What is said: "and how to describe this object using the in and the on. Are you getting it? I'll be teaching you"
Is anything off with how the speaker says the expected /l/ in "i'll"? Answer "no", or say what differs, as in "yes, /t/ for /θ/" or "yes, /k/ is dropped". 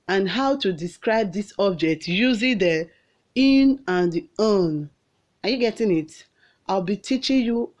no